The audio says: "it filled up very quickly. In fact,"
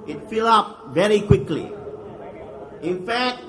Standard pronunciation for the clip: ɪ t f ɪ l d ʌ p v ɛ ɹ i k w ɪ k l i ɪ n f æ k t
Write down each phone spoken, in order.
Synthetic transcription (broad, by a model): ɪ t f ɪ l ʌ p v ɛ ɹ i k w ɪ k l i ɪ n f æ k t